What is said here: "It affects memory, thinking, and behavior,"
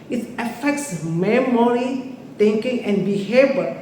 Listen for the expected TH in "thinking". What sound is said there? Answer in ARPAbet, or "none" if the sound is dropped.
T